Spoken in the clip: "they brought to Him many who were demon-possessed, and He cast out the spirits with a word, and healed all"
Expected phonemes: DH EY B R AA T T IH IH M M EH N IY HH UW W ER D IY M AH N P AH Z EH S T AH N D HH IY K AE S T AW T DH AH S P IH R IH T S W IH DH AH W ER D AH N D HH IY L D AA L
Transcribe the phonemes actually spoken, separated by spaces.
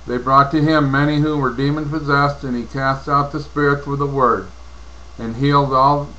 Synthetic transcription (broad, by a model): DH EY B R AA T T IH IH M M EH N IY HH UW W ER D IY M AH N P AH Z EH S T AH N IY K AE S T AW T DH AH S P IH R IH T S W IH DH AH W ER D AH N HH IY L D AA L